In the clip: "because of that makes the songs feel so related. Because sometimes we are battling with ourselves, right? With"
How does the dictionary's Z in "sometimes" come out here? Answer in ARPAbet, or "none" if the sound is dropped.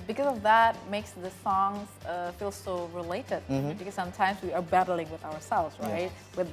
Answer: Z